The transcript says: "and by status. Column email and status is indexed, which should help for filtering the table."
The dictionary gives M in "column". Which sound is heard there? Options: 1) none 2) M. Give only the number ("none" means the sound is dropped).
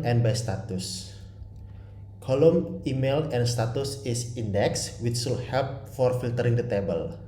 2